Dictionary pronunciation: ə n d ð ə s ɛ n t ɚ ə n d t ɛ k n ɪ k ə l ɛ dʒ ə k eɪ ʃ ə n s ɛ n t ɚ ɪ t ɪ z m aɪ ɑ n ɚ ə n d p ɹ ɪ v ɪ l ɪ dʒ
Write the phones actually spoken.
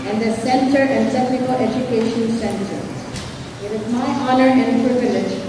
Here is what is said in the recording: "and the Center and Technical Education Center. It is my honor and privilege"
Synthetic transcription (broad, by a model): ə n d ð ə s ɛ n t ɚ ə n d s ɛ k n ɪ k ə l ɛ dʒ ə k eɪ ʃ ə n s ɛ n t ɚ ɪ t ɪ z m aɪ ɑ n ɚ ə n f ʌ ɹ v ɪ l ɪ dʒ